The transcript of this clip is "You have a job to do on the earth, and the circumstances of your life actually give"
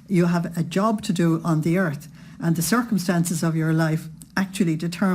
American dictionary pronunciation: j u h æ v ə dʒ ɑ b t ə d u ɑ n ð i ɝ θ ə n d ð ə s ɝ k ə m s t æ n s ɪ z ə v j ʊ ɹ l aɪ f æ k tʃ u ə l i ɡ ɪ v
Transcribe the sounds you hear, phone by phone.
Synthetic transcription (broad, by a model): j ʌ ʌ v ə dʒ ɑ b t ə d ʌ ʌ n ð i ɝ θ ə n ð ə s ɝ k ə m s t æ n s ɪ z ə v j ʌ ɹ l aɪ f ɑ k tʃ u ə l i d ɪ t